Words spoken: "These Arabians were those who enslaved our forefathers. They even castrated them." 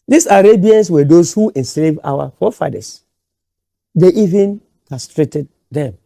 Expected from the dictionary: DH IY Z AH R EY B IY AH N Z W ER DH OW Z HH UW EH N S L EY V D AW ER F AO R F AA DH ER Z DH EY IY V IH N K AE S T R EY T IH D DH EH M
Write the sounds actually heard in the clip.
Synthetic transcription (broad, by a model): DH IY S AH R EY B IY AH N S W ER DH OW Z HH UW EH N S L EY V AW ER F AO F AA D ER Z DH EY IY V IH N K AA S T R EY T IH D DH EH M